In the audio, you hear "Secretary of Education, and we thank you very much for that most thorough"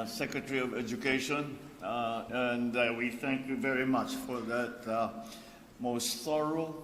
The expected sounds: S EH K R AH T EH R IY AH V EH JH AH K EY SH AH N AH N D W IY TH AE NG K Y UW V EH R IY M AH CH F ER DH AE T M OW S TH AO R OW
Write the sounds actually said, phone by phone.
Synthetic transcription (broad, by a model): S EH K R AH T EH R IY AH V EH JH AH K EY SH AH N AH N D W IY TH AE NG K Y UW V EH R IY M AH CH F ER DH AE T M OW S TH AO R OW